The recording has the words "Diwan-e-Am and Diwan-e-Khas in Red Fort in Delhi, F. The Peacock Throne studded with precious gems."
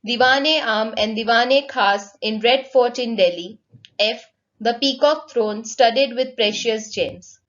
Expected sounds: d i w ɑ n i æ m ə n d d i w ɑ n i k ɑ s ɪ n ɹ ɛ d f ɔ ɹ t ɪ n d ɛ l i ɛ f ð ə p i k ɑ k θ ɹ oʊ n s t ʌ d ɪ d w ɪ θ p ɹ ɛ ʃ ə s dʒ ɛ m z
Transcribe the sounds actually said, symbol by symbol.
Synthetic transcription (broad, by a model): d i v ɑ n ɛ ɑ m ə n d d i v ɑ n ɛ k ɑ s ɪ n ɹ ɛ d f ɔ ɹ t ɪ n d ɛ l i ɛ f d ə p i k ɑ k t ɹ oʊ n s t ʌ d ɪ d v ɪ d p ɹ ɛ ʃ ə s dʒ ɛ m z